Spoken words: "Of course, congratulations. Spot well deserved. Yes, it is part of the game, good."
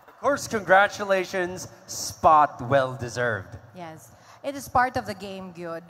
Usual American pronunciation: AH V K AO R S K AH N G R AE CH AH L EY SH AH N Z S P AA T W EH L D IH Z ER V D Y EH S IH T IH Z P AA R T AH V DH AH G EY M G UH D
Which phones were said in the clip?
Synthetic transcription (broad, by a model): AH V K AO R S K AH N G R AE CH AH L EY SH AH N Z S P AA T W EH L D IH Z ER V D Y EH S IH T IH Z P AA R T AH V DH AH G EY M G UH D